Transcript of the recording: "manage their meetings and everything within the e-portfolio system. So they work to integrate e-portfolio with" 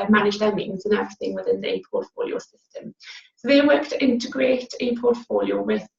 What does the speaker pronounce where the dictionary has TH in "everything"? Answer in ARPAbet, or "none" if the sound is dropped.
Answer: TH